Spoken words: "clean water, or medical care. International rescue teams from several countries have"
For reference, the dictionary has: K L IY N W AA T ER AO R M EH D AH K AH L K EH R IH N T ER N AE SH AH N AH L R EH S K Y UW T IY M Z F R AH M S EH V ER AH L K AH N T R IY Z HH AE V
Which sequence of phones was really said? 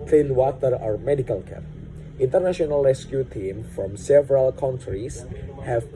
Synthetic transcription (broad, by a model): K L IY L W AA T ER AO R M EH D AH K AH L K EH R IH N T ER N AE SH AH N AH L R EH S K Y UW T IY M F R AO M S EH V ER AH L K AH N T R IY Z HH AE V